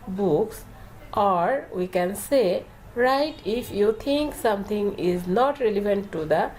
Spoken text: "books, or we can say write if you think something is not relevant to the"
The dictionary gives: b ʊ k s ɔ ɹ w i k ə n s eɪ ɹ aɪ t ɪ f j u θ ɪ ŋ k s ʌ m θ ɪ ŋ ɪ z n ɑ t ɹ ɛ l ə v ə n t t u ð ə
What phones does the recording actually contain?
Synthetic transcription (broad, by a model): b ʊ k s ɔ ɹ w i k ə n s eɪ ɹ aɪ t ɪ f j u t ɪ ŋ k s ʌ m t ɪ ŋ ɪ z n ɑ t ɹ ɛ l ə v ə n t t u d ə